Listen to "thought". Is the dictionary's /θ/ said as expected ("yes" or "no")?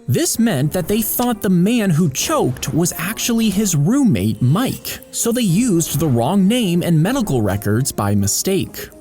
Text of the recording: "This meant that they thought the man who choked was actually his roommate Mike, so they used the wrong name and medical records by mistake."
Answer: yes